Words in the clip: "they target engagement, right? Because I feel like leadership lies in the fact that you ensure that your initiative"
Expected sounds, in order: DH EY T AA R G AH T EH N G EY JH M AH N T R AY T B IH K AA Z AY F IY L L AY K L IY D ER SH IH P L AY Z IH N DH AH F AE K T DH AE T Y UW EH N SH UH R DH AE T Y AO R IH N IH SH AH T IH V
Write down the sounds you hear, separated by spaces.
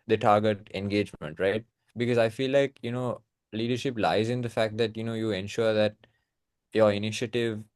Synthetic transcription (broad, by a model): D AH T AA R G AH T EH N G EY JH M AH N T R AY T B IH K AA Z AY F IY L L AY K L IY D ER SH IH P L AY Z IH N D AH F AE K T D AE T Y UW EH N SH UH R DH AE T Y AO R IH N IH SH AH T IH V